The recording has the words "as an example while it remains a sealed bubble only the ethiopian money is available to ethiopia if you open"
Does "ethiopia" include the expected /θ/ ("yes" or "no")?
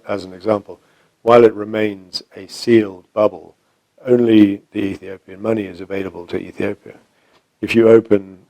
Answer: yes